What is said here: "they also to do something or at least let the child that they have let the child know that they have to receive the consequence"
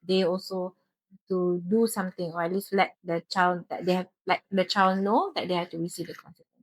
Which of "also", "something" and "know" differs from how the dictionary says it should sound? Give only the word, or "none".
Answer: something